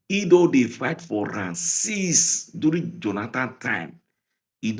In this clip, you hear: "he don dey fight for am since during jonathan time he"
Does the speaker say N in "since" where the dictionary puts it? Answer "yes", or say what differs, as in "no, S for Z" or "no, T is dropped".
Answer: no, N is dropped